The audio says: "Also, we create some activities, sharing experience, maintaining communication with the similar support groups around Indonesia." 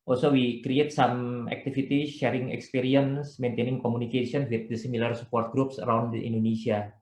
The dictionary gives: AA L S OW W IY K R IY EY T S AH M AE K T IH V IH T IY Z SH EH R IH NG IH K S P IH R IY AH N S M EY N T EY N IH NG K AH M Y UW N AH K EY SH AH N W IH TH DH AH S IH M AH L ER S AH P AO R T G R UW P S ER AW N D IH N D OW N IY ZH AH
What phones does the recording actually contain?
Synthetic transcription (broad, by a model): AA L S OW W IY K R IY EY T S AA M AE K T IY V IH T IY SH EH R IH NG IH K S P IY R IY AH N S M EY N T EY N IH NG K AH M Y UW N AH K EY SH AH N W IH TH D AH S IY M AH L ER S AH P AO R T G R UW P S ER AW N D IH N D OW N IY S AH